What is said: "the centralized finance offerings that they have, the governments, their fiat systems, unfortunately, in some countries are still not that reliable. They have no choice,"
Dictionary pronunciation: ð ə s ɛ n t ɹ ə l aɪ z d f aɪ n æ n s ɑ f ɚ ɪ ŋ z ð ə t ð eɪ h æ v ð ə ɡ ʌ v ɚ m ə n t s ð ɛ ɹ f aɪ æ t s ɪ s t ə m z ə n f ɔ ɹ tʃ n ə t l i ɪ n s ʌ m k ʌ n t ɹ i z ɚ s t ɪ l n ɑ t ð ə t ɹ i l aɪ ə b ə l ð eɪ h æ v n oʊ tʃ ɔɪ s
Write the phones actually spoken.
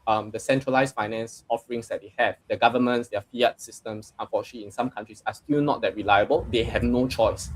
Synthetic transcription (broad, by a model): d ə s ɛ n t ɹ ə l aɪ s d f aɪ n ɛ n s ɑ f ɚ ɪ ŋ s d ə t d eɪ h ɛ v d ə ɡ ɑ v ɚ m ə n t s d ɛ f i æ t s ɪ s t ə m s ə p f ɔ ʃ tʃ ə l i ɪ n s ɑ m k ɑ n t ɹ i s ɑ s t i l n ɑ t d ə t ɹ i l aɪ ə b ə l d eɪ h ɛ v n oʊ tʃ ɔɪ s